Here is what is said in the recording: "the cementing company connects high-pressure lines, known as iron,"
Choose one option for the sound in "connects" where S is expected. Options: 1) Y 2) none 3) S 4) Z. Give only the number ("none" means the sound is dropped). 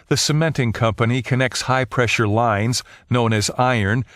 3